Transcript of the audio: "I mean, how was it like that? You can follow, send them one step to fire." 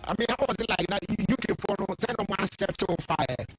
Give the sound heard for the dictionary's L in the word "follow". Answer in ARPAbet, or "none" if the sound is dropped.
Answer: N